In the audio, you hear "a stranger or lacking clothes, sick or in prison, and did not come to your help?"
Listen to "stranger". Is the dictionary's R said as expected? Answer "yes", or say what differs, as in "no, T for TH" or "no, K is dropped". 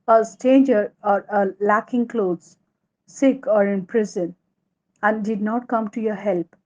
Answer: no, R is dropped